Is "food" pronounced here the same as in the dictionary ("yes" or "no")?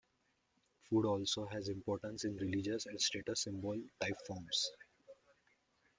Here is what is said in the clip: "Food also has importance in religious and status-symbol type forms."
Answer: yes